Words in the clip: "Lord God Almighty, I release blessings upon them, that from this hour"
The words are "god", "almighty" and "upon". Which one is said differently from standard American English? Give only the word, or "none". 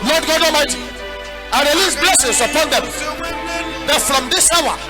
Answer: almighty